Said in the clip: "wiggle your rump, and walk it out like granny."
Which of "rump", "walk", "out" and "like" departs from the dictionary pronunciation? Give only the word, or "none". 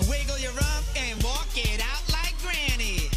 rump